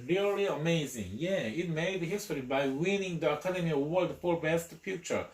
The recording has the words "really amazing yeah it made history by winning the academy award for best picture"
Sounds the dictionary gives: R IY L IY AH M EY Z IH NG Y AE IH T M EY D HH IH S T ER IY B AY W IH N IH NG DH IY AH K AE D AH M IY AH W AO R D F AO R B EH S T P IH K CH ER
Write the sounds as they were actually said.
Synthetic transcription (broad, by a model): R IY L IY AH M EY Z IH NG Y AE IH T M EY D HH IH S T ER IY B AY W IH N IH NG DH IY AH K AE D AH M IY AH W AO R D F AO L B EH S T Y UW CH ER